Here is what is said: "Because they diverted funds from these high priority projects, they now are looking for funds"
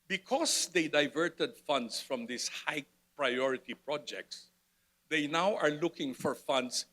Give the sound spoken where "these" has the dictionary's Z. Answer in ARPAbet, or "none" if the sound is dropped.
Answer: S